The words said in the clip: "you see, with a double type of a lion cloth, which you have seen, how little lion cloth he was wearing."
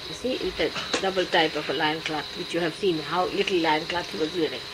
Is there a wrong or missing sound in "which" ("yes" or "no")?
no